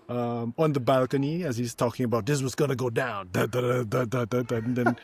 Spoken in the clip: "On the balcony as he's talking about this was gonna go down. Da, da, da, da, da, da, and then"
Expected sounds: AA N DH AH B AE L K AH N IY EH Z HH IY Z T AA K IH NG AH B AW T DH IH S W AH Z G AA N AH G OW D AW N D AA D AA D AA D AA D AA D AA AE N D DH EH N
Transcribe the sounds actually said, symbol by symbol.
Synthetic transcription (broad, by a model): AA N DH AH B AE L K AH N IY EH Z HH IY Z T AA K IH NG AH B AW T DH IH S W AH Z G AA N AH G OW D AW N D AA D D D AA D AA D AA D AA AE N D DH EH N